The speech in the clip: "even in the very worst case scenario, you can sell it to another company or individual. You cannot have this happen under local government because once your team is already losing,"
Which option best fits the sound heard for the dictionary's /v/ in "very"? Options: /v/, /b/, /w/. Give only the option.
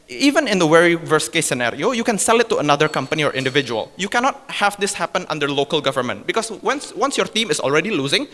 /w/